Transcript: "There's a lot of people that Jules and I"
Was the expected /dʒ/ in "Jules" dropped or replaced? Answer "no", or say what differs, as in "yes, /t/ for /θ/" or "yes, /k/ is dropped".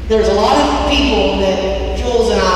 yes, /tʃ/ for /dʒ/